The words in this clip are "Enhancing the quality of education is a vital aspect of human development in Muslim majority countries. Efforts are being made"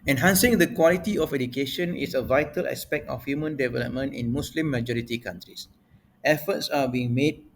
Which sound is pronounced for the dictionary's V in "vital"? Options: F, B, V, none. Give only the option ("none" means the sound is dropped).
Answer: V